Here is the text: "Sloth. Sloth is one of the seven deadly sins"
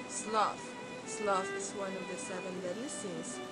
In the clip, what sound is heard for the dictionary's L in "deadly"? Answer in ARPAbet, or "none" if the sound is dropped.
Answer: none